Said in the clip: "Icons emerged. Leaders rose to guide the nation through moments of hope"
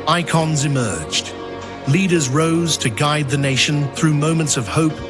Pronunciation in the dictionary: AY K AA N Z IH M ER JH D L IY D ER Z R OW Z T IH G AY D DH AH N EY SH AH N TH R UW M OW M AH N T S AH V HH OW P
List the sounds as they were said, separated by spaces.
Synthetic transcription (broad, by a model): AY K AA N Z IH M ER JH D L IY D ER Z R OW Z T IH G AY D DH AH N EY SH AH N TH R UW M OW M AH N T S AH V HH OW P